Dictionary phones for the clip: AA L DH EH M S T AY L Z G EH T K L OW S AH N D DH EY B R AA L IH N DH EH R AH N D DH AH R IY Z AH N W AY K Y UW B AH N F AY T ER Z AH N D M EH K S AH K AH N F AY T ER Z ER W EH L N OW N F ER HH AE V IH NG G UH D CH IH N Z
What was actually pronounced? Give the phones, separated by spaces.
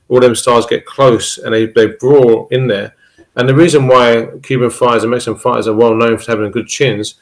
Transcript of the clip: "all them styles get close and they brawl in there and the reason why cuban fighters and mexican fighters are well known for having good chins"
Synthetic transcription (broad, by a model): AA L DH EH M S T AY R Z G EH T K L OW S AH N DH DH EY B R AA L IH N DH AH R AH N DH AH R IY Z AH N W AY K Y UW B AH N F AY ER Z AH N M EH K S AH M F AY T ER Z ER W EH L N OW N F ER HH AE V IH NG G UH D CH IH N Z